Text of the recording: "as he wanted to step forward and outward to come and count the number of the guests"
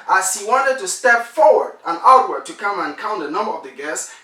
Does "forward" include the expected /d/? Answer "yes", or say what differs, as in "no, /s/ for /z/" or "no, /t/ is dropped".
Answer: yes